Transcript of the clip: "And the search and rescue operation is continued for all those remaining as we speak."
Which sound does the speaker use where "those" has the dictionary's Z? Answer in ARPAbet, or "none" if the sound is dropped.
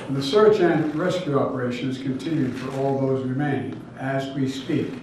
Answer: Z